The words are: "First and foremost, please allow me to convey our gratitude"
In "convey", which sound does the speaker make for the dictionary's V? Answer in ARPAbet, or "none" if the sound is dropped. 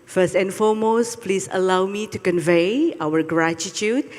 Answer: V